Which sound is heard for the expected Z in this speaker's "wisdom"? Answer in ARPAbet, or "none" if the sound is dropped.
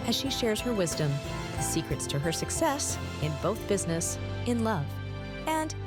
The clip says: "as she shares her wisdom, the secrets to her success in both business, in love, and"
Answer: Z